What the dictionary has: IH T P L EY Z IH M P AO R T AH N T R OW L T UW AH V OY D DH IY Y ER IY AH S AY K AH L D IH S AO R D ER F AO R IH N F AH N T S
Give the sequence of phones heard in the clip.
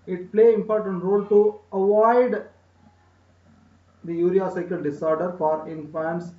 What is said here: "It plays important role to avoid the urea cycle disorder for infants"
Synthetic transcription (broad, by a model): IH T P L EY IH M P AO R T AH N T R OW L T UW AH V OY D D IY Y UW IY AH S AY K AH L D IH S AO R D ER F AO R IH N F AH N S